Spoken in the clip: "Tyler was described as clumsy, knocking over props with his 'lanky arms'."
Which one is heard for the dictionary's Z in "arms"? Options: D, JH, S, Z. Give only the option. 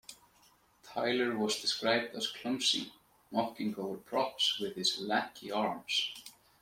S